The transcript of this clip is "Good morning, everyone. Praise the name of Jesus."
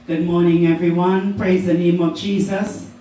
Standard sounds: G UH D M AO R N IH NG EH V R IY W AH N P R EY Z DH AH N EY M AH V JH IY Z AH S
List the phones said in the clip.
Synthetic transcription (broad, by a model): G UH D M AO R N IH NG EH V R IY W AH N P R EY Z DH AH N EY M AH V JH IY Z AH S